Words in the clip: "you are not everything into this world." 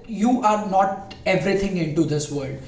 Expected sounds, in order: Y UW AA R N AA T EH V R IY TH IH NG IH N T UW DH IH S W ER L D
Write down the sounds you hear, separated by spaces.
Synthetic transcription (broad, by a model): Y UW AA R N AA T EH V R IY T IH NG IH N T UW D IH S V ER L D